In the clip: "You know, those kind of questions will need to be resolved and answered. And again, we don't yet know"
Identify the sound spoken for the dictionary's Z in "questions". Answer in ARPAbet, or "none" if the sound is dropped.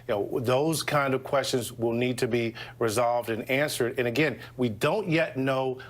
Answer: Z